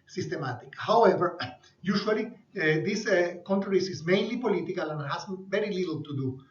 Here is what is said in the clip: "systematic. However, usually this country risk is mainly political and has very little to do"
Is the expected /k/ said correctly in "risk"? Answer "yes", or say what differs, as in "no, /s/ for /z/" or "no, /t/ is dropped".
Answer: no, /k/ is dropped